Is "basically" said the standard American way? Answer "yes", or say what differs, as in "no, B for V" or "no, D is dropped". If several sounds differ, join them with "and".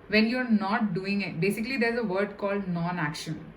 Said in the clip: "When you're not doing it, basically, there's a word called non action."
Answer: yes